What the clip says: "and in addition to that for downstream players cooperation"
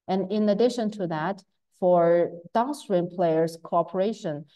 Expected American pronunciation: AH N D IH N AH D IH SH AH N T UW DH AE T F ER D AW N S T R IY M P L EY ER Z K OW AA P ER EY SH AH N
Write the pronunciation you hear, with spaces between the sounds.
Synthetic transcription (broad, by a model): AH N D IH N AH D IH SH AH N T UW DH AE T F ER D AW S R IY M P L EY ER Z K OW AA P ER EY SH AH N